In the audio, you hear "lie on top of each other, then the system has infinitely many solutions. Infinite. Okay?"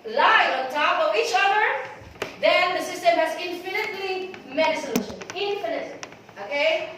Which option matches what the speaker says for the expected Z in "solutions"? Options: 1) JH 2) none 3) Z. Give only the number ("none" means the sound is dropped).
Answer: 2